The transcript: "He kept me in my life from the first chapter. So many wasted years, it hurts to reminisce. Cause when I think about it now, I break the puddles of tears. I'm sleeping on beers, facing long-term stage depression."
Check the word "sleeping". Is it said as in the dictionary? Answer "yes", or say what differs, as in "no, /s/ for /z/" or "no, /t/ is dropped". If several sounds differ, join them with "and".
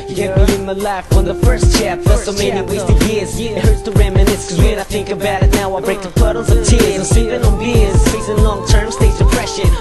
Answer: no, /l/ is dropped